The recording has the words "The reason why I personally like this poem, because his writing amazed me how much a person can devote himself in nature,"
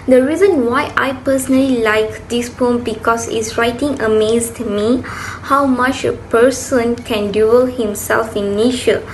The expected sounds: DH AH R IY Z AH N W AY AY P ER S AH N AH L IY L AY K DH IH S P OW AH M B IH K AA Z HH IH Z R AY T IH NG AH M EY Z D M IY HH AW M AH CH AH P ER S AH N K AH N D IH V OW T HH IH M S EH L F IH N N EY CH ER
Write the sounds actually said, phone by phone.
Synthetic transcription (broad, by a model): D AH R IY Z AH N W AY AY P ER S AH N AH L IY L AY K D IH S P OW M B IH K AA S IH S R AY T IH NG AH M EY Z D M IY HH AW M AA CH AH P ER S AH N K AH N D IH OW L HH IH M S EH L F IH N N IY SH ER